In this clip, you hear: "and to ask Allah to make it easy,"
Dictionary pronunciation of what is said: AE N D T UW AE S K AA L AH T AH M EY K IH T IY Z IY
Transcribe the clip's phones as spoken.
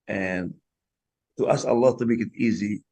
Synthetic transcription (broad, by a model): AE N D T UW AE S AA L AH T AH M EY K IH T IY Z IY